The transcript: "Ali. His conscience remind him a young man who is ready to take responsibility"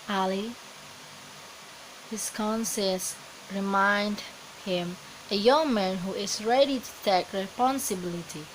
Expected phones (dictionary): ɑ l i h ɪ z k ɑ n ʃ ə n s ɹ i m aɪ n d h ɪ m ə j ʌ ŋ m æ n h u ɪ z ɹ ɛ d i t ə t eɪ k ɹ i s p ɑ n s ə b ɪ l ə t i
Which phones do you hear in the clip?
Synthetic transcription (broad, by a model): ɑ l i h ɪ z k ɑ n s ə s ɹ i m aɪ n d h ɪ m ə j ʌ ŋ m æ n h u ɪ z ɹ ɛ d i t ə t eɪ k ɹ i s p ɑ n s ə b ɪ l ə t i